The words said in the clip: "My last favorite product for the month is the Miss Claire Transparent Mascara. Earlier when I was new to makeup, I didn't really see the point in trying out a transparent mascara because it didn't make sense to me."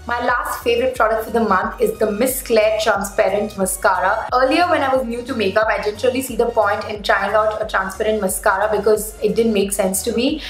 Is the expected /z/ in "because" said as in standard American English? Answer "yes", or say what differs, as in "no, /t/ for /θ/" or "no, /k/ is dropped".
yes